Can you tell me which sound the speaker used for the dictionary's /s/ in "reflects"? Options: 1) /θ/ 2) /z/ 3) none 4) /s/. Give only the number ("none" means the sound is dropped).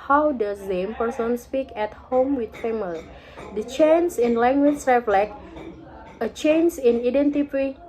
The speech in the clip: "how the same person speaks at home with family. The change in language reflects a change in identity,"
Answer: 3